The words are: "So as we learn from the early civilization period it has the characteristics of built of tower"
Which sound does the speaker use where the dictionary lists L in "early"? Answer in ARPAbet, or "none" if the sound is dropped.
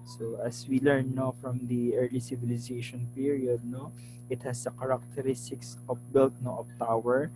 L